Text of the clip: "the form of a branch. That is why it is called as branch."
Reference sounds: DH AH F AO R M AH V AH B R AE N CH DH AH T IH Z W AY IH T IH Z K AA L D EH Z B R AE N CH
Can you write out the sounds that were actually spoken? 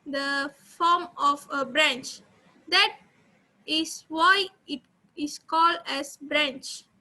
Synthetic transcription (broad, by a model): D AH F AO M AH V AH B R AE N CH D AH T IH S W AY IH T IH S K AA L D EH S B R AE N CH